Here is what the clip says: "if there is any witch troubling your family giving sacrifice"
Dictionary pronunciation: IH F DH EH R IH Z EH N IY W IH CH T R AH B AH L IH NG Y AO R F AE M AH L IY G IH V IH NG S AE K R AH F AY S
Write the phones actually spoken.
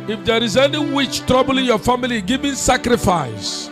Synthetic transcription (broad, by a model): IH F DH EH R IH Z EH N IY W IH CH T R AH B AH L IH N Y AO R F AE M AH L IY G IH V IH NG S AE K R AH F AY S